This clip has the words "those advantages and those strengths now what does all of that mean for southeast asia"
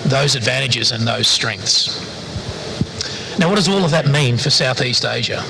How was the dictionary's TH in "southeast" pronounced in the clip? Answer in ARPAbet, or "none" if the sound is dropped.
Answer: TH